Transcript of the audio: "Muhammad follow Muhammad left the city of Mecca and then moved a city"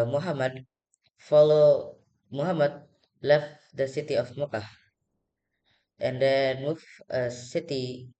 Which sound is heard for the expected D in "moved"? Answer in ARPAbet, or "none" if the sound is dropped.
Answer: none